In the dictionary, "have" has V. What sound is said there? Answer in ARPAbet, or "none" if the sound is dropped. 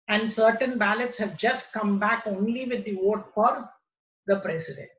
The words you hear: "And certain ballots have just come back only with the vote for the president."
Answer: V